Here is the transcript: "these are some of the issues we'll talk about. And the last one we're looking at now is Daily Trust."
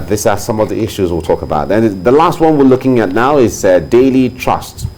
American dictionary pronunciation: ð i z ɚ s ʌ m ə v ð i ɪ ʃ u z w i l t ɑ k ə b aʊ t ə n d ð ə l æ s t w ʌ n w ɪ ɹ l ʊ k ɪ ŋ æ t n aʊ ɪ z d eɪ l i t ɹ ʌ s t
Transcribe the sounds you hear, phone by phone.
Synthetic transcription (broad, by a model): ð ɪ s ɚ s ʌ m ə v ð i ɪ ʃ u z w i l t ɑ k ə b aʊ t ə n ð ə l æ s t w ʌ n w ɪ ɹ l ʊ k ɪ ŋ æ t n aʊ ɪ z d eɪ l i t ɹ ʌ s t